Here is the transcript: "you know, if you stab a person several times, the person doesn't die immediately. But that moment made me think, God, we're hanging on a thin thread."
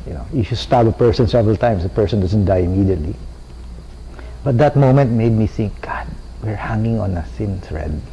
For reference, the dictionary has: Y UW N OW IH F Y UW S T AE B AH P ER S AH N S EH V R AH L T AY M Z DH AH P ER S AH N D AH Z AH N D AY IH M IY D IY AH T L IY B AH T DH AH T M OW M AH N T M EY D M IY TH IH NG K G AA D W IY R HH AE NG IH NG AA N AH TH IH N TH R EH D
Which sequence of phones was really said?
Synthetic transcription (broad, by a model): Y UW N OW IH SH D S T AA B AH P ER S AH N S EH V R AH L T AY M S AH P ER S AH N D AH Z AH N D AY IH M IY D IY AH T L IY B AH T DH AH T M OW M AH N T M EY D M IY TH IH NG K G AA D W IY R HH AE NG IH NG AA N AH S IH N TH R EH D